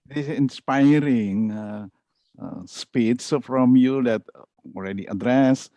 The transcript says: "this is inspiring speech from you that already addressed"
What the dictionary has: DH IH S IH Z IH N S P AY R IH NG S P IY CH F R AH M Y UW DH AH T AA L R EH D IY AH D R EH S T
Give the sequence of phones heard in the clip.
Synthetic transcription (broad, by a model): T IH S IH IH N S P AY R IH NG S P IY S F R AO M Y UW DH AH T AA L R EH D IY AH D R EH S